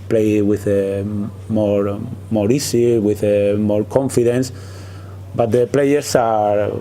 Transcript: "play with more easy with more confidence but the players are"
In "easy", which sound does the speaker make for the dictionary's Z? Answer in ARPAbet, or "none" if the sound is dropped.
S